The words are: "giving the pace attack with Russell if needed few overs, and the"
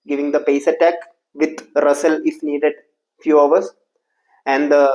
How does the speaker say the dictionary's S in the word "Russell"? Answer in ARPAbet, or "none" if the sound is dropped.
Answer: S